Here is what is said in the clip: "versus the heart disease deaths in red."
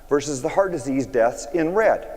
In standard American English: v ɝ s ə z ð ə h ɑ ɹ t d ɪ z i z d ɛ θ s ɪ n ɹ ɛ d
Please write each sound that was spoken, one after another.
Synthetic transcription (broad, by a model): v ɝ s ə z ð ə h ɑ ɹ d ɪ z i z d ɛ θ s ɪ n ɹ ɛ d